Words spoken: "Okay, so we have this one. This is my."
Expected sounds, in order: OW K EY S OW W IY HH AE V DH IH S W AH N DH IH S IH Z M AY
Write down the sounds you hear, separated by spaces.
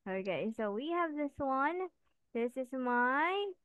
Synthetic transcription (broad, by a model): OW K EY S OW W IY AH V DH IH S W AH N DH IH S IH Z M AY